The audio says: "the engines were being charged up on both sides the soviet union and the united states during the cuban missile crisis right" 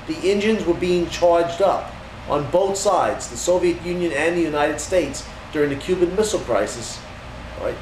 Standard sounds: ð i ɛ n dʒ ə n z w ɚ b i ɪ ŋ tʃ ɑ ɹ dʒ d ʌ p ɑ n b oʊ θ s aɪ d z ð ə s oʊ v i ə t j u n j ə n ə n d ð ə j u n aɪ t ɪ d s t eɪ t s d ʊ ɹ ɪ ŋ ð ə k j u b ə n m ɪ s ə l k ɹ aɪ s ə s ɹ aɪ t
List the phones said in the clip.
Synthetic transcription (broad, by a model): ð i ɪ n dʒ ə n z w ɚ b i ɪ ŋ tʃ ɑ ɹ dʒ d ʌ p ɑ n b oʊ θ s aɪ d z ð ə s oʊ v i ə t j u n j ə n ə n ð ə j u n aɪ t ɪ d s t eɪ t s d ʊ ɹ ɪ ŋ ð ə k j u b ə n m ɪ s l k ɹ aɪ s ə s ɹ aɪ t